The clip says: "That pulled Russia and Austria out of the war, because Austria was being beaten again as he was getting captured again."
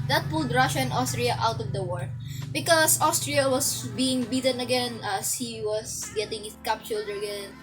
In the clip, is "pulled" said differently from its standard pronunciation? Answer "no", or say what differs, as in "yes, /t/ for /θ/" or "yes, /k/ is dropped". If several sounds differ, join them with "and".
no